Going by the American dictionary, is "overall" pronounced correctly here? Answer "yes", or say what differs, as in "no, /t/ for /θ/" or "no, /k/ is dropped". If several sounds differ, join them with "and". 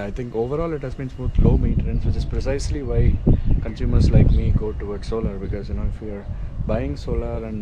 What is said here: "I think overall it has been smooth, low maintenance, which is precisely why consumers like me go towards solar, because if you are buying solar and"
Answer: yes